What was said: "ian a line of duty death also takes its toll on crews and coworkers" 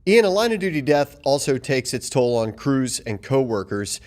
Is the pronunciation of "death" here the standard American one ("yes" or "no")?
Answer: yes